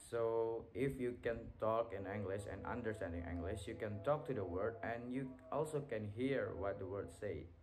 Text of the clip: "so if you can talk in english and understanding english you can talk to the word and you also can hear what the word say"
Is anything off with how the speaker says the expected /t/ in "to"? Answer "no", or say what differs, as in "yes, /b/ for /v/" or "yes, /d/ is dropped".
no